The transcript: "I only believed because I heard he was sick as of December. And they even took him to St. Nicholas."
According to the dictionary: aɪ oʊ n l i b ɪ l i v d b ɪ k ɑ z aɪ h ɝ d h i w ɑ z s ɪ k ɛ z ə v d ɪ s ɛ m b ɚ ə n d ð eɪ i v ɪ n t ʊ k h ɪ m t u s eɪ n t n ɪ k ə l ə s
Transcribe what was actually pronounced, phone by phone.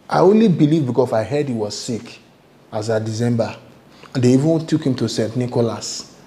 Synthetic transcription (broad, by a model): aɪ oʊ n l i b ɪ l i v b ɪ k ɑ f aɪ h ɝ d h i w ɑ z s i k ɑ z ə d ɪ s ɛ m b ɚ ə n d eɪ i v ɪ n t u k h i m t u s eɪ n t n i k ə l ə s